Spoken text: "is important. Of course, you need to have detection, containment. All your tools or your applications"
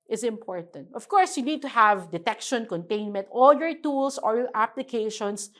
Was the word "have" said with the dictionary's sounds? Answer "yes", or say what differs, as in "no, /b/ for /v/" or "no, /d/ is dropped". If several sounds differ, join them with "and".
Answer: yes